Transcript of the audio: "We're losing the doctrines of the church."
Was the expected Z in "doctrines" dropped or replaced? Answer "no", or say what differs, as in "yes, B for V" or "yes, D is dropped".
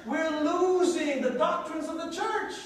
no